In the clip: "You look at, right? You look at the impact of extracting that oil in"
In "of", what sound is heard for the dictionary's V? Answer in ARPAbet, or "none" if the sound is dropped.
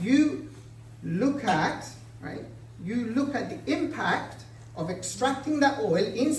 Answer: V